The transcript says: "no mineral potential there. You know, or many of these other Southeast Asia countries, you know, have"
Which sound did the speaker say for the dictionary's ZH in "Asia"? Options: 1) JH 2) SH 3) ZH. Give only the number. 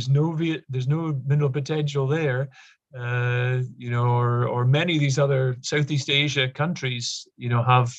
3